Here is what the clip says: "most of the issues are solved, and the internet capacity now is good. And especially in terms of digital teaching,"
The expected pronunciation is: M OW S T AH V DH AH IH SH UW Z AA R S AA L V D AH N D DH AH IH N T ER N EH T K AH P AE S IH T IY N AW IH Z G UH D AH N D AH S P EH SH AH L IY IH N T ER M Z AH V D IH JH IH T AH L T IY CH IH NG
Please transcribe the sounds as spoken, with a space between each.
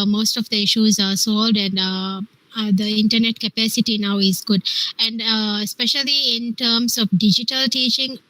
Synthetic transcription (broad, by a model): M OW S T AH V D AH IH SH UW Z AA R S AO L D AH N D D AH IH N T ER N EH T K AH P AE S IH T IY N AW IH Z G UH D AH N D S P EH SH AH L IY IH N T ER M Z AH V D IH JH IH T AH L T IY CH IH NG